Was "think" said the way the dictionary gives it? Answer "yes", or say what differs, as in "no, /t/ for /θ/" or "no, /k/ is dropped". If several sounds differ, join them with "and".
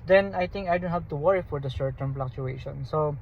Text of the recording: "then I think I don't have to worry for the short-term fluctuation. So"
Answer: no, /t/ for /θ/